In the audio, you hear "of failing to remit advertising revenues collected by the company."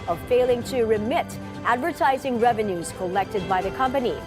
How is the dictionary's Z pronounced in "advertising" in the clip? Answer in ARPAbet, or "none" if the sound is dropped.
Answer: Z